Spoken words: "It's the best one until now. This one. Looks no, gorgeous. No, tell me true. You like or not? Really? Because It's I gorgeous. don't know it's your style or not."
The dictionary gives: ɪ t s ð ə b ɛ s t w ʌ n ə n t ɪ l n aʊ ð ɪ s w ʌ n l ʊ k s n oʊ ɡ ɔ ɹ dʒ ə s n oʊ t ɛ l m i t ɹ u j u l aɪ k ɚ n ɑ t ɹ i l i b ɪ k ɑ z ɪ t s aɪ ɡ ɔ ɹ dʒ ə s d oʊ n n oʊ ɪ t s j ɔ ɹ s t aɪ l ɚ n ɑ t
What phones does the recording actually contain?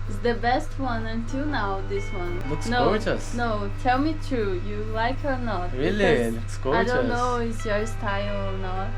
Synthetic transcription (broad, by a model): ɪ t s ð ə b ɛ s t w ʌ n ə n t ɪ l n aʊ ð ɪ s w ʌ n w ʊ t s n oʊ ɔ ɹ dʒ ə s n oʊ t ɛ l m i t ɹ u j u l aɪ k ɚ n ɑ t ɹ i l i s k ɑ ɪ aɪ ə d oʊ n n oʊ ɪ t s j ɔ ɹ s t aɪ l ɚ n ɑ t